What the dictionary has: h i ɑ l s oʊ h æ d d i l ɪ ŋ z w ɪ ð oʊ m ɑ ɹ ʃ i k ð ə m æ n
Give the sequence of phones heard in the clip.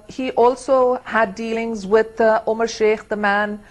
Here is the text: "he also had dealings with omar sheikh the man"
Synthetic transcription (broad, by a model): h i ɑ l s oʊ h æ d d i l ɪ ŋ z w ɪ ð oʊ m ɑ ɹ ʃ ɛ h ð ə m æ n